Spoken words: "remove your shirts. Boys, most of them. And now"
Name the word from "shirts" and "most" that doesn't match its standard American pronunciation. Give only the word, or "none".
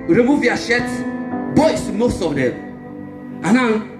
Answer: shirts